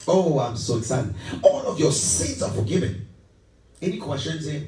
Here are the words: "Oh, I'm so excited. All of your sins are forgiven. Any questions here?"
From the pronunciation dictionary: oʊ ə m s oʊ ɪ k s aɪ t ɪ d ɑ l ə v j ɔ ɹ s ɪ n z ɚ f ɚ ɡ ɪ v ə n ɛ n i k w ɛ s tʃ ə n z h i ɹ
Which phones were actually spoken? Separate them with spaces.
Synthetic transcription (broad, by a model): oʊ ə m s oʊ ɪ s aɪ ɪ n ɑ l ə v j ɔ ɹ s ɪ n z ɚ f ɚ ɡ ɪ v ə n ɛ n i k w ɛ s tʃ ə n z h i